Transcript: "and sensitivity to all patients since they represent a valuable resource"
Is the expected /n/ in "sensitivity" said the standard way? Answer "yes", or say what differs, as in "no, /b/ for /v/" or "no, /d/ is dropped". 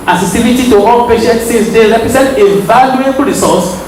no, /n/ is dropped